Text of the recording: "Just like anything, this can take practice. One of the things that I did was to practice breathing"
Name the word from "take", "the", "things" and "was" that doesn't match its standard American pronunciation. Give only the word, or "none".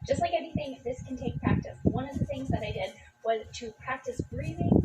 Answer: none